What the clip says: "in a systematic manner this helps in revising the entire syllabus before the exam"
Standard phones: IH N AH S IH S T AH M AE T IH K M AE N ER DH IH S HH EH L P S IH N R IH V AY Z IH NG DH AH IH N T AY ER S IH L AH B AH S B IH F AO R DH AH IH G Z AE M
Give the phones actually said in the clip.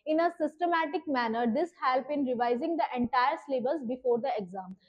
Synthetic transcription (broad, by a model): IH N AH S IH S T AH M AE T IH K M AE N ER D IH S HH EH L P IH N R IH V AY Z IH NG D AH IH N T AY ER S L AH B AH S B IH F AO R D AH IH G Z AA M